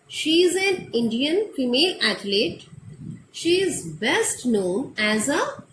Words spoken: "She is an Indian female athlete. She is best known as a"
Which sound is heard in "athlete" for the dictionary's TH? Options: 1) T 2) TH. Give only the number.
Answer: 1